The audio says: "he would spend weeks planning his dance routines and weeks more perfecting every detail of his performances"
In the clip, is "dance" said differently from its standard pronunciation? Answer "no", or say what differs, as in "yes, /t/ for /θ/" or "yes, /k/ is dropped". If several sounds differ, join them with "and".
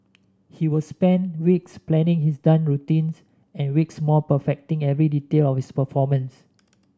yes, /s/ is dropped